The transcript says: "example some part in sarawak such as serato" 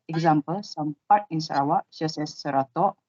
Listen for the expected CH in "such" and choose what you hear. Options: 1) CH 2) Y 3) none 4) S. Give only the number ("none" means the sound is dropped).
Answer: 4